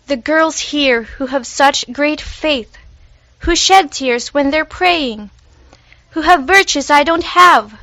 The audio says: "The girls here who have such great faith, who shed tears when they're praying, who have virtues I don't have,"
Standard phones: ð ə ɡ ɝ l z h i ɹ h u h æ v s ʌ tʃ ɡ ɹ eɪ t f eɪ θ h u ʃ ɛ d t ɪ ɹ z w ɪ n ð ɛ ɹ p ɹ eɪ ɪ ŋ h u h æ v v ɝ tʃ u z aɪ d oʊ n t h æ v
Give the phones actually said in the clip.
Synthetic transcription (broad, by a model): ð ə ɡ ɝ l z h i ɹ h u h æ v s ʌ tʃ ɡ ɹ eɪ t f eɪ θ h u ʃ ɛ d t ɪ ɹ z w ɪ n ð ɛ ɹ p ɹ eɪ ɪ ŋ h u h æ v v ɝ tʃ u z aɪ d oʊ n t h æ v